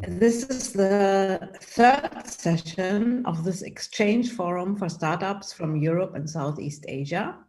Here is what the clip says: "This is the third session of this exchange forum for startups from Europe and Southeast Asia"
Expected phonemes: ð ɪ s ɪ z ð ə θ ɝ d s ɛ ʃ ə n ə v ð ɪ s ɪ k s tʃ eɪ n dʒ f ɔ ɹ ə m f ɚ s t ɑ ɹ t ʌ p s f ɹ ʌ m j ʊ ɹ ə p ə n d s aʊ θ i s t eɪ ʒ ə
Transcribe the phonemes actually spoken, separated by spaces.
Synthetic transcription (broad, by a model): ð ɪ s ɪ z ð ə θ ɝ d s ɛ ʃ ə n ə v ð ɪ s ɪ k s tʃ eɪ n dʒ f ɔ ɹ ə m f ɚ s t ɑ ɹ t ʌ p s f ɹ ʌ m j ʊ ɹ ə p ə n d s aʊ θ i s t eɪ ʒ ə